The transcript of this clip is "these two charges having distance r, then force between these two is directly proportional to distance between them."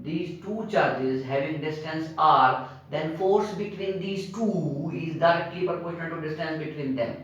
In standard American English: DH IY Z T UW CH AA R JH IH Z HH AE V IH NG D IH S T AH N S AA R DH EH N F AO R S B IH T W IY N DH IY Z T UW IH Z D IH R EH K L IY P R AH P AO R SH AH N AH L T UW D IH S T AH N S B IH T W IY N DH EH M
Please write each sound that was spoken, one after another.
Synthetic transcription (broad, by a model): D IY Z T UW CH AA R JH IH Z HH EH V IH NG D IH S T AH N S AA R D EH N F AO R S B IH T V IY N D IY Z T UW IH Z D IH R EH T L IY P AH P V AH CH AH N T UW D IH S T AH N S B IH T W IY N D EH M